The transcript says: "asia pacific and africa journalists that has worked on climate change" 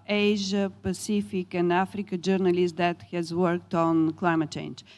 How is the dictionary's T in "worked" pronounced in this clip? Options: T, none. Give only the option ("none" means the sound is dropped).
T